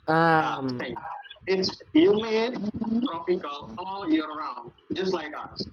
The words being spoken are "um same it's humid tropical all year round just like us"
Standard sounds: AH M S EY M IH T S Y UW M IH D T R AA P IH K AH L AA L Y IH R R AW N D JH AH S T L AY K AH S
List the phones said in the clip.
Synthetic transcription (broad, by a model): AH M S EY IH T S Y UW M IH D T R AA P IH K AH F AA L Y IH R R AW N D JH AH S T L AY K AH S